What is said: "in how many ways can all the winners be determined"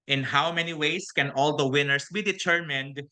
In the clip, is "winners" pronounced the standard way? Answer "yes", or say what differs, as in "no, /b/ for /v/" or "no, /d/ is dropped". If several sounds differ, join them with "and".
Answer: no, /s/ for /z/